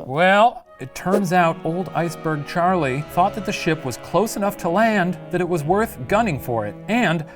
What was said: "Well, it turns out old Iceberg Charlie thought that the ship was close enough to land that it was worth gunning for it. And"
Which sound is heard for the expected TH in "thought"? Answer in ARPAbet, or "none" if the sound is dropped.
TH